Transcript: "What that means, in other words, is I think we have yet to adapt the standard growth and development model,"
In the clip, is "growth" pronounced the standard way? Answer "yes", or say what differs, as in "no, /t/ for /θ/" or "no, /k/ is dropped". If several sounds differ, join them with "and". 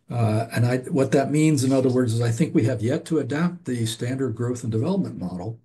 yes